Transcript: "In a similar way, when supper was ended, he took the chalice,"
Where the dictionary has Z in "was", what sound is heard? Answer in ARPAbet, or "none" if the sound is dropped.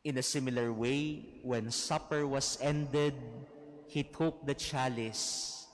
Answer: S